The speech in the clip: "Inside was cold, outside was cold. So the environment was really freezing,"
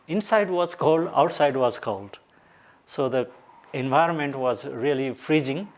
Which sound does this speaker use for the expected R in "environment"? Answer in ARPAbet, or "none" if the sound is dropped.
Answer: R